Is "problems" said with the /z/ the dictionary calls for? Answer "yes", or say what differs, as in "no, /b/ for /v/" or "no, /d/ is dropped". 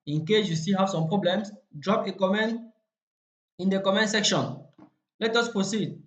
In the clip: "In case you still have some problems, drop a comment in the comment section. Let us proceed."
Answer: no, /s/ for /z/